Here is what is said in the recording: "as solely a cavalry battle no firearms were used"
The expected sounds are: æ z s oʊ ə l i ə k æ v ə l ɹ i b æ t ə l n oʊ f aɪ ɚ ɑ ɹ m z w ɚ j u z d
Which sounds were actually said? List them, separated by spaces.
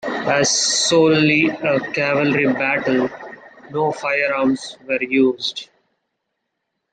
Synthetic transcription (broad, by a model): æ z s oʊ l l i ə k æ v ə l ɹ i b æ t ə l n oʊ f aɪ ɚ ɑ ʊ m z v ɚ j u z d